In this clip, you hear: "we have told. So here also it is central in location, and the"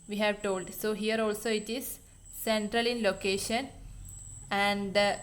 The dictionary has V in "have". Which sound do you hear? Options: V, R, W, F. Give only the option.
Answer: V